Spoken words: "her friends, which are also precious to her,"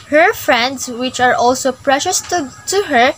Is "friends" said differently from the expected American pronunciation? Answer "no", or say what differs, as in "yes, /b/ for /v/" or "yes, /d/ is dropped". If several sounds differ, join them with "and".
yes, /s/ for /z/